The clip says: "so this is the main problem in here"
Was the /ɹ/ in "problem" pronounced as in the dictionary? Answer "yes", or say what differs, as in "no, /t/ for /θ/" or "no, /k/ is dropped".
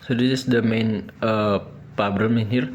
no, /ɹ/ is dropped